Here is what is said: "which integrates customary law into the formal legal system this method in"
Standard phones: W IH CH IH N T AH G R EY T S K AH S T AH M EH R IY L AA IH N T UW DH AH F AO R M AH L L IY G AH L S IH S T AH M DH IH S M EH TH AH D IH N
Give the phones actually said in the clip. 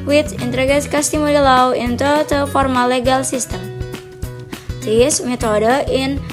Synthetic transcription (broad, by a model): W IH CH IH N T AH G EY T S K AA S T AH M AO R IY L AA IH N T UW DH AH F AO R M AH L L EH G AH L S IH S T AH M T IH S M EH T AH D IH N